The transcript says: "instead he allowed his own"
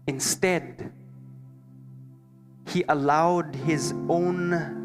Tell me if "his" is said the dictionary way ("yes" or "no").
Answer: yes